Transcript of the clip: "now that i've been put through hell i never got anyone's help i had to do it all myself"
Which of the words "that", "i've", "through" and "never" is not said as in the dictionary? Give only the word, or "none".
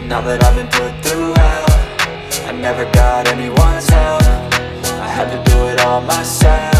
none